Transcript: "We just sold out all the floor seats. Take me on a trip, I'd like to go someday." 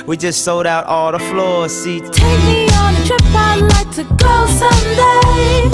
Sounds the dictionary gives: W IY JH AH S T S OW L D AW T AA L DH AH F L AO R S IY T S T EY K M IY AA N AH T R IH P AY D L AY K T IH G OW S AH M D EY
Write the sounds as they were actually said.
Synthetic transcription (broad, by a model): W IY JH AH S T S OW L D AW T AA L DH AH F L AO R S IY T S T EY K M IY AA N AH T R IH P AY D L AY K T IH G OW S AH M D EY